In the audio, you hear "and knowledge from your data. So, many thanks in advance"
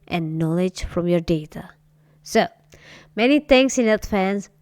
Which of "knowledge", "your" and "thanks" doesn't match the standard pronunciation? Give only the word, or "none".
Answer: thanks